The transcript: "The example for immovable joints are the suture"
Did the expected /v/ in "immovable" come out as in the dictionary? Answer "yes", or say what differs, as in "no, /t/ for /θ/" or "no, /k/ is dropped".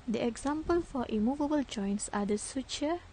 yes